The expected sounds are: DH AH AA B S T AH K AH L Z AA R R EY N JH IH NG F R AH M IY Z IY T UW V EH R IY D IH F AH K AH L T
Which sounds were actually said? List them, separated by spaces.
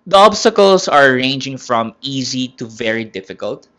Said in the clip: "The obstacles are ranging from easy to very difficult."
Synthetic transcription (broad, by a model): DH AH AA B S T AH K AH L S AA R R EY N JH IH NG F R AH M IY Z IY T UW V EH R IY D IH F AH K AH L T